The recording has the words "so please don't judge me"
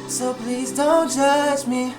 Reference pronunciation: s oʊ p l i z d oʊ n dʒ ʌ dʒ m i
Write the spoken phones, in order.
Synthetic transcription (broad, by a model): s oʊ p l i z d oʊ n dʒ ʌ dʒ m i